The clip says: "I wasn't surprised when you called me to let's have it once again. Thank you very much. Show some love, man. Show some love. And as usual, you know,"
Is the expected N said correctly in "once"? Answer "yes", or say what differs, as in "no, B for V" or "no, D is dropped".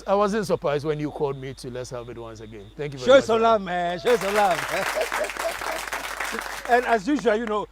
yes